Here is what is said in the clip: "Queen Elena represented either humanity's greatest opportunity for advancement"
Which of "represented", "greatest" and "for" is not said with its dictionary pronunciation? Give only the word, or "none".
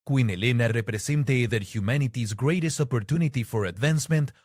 represented